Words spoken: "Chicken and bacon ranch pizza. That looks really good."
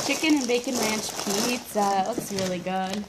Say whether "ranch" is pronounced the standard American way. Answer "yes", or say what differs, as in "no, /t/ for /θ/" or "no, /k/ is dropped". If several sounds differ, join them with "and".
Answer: no, /l/ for /ɹ/